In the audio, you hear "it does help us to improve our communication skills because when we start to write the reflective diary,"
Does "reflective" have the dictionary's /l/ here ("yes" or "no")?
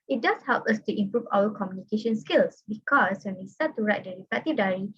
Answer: no